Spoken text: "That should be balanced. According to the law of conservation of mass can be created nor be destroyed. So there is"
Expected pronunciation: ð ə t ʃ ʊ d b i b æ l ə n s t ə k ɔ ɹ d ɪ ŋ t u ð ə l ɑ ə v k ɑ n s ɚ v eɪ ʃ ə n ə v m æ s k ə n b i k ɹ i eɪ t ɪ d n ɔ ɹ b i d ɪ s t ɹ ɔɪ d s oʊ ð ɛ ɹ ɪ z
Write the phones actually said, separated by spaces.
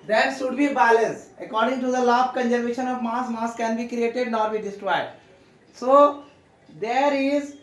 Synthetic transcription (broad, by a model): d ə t ʃ ʊ d b i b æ l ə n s ə k ɔ ɹ d ɪ ŋ t u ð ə l ɑ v k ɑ n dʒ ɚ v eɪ ʃ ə n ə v m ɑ s k ə n b i k ɹ i eɪ t ɪ d n ɔ ɹ b i d ɪ s t ɹ ɔɪ d s oʊ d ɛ ɹ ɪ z